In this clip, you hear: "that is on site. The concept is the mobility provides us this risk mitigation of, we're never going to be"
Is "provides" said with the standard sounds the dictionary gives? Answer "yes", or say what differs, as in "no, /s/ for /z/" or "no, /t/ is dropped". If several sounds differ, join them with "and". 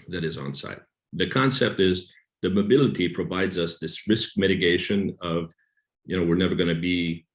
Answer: yes